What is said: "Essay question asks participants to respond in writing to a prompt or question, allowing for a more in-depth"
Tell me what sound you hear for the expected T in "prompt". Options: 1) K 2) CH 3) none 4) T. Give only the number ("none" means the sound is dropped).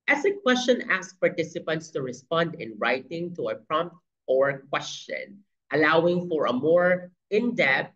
4